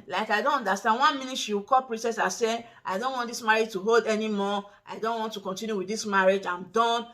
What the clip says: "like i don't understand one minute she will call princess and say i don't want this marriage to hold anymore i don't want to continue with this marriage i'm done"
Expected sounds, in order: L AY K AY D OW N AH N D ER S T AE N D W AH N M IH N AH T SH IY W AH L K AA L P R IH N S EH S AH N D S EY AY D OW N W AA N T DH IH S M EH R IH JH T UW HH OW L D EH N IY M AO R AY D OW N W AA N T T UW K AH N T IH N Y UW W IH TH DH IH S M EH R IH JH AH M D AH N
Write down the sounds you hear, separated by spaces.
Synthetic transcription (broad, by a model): L AY K AY D OW N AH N D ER S T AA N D W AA N M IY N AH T SH IY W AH K AA L P R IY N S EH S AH S EY AY D OW N W AA N T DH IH S M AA R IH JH T UW HH OW L D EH N IY M AO AY D OW N W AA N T T UW K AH N T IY N Y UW W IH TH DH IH S M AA R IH JH AH M D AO N